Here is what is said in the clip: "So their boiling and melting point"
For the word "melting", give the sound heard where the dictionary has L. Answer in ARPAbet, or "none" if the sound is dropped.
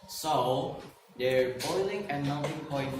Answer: none